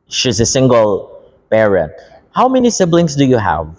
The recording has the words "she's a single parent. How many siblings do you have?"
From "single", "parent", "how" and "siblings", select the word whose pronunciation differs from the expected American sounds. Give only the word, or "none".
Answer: siblings